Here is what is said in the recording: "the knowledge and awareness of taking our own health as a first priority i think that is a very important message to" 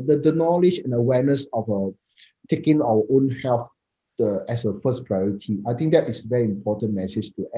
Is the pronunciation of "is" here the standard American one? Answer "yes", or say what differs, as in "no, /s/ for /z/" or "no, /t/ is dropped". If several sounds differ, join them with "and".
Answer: no, /s/ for /z/